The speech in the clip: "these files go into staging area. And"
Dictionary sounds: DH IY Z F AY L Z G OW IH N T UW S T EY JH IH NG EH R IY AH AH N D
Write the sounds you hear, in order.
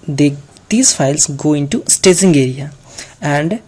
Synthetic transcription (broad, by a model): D IY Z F AY L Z G OW IH N T UW S T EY Z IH NG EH R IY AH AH N D